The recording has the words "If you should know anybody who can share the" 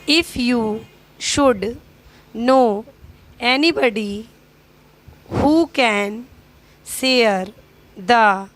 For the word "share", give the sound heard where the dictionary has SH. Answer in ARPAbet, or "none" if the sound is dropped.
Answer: S